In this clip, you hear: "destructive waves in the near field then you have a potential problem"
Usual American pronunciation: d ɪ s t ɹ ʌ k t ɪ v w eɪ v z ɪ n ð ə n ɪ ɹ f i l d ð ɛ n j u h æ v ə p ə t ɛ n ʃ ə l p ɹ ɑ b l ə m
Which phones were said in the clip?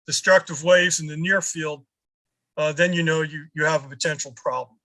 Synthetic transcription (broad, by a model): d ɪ s t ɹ ʌ k t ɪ v w eɪ v z ɪ n ð ə n ɪ ɹ f i l d ð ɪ n j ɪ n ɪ v ə p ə t ɛ n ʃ l p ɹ ɑ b l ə m